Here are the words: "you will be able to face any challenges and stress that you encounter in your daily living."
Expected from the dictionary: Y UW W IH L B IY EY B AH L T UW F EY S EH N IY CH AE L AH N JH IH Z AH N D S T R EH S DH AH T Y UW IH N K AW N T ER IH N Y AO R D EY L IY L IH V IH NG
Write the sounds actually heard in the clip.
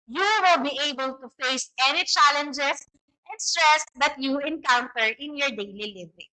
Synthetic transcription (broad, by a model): Y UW W IH L B IY EY B AH L T UW F EY S EH N IY CH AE L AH N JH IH S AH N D S T R EH S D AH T Y UW IH N K AW N T ER IH N Y AO R D EY L IY L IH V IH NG